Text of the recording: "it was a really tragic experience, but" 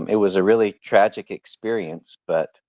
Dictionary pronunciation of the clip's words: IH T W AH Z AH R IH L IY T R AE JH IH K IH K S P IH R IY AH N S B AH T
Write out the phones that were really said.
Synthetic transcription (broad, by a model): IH T W AH Z AH R IH L IY T R AE JH IH K IH K S P IH R IY AH N S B AH T